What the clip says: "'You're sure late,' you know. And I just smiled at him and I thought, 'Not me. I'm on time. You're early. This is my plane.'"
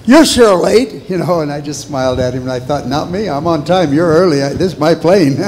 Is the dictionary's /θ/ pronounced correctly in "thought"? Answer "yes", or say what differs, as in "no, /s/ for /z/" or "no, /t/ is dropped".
yes